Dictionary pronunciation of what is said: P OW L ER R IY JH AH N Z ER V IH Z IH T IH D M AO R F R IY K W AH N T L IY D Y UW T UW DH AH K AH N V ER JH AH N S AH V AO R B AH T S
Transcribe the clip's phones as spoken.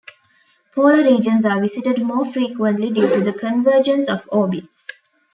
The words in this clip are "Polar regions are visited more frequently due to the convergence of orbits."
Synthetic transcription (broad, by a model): P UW ER R IY JH AH N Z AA V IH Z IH T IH D M AO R F R IY K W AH N T L IY D Y UW T UW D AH K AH N V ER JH AH N S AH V AO B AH T S